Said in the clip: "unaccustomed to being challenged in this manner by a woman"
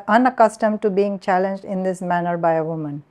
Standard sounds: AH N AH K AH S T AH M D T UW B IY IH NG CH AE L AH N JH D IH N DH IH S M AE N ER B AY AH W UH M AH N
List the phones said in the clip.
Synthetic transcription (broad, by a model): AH N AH K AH S T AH M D T UW B IY IH NG CH AE L AH N JH D IH N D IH S M AE N ER B AY AH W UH M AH N